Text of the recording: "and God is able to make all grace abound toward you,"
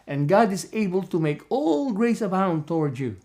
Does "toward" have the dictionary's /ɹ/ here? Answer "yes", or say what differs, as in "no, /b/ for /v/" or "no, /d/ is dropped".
yes